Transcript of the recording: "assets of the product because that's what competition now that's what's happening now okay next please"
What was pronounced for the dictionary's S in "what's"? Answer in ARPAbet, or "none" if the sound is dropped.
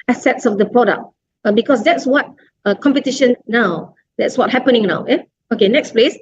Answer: none